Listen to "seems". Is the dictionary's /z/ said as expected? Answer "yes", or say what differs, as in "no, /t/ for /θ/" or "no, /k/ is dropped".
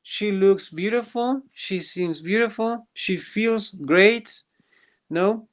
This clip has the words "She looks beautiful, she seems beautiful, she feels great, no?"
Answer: yes